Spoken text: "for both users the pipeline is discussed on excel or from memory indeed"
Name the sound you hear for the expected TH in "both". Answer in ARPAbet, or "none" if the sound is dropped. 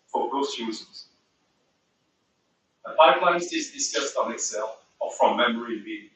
S